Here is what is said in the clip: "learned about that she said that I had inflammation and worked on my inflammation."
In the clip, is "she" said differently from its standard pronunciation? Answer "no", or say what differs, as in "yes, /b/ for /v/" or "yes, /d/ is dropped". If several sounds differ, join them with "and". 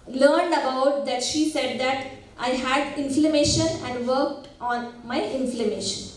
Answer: no